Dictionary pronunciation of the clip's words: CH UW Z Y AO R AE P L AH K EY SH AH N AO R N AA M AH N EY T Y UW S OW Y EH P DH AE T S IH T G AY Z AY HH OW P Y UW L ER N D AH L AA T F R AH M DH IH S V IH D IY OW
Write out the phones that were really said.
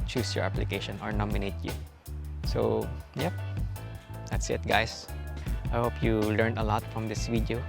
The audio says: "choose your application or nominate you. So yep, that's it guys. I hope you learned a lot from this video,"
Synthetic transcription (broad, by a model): CH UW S Y AO R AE P L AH K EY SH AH N AO R N AA M AH N EY T Y UW S OW Y EH P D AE T S IH T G AY S AY HH OW P Y UW L ER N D AH L AA T F R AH M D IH S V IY D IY OW